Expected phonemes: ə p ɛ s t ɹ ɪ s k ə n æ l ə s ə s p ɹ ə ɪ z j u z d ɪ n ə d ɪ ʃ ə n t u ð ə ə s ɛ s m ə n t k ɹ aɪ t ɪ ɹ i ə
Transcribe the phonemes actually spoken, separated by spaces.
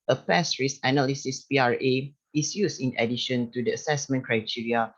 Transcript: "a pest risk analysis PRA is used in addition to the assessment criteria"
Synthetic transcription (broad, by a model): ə p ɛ s ɹ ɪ s ə n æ l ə s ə s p ɹ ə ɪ s j u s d ɪ n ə d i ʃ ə n t u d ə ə s ɛ s m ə n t k ɹ aɪ t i ɹ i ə